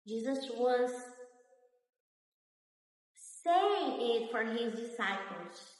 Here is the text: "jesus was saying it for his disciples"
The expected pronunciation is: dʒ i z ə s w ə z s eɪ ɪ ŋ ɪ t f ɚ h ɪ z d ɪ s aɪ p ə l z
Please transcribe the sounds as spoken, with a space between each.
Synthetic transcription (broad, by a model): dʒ i z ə s w ə z s eɪ ɪ ŋ ɪ t f ɚ h ɪ z d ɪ s aɪ p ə l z